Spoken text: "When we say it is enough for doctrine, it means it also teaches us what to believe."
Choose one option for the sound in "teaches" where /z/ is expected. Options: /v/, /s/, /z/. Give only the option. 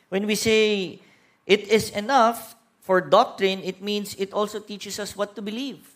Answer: /s/